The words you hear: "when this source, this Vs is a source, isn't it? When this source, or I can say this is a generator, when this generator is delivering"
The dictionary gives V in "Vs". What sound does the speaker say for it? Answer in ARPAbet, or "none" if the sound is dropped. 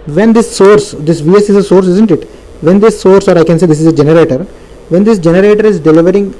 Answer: V